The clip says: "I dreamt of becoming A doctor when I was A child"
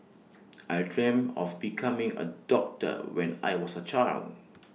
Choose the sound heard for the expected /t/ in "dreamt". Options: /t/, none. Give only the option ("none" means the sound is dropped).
none